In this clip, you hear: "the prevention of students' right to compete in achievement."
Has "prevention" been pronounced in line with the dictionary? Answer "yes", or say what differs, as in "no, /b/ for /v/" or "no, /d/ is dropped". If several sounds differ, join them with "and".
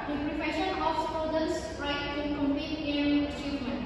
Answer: no, /f/ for /v/ and /n/ is dropped